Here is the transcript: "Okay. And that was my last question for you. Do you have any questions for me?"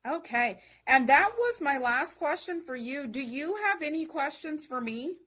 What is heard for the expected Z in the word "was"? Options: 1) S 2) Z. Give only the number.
2